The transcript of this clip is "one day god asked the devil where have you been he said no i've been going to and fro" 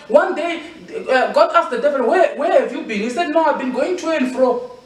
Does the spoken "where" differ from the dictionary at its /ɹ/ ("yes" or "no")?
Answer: yes